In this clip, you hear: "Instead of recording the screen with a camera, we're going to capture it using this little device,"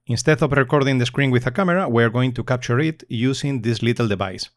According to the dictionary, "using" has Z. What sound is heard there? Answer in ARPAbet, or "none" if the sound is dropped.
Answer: S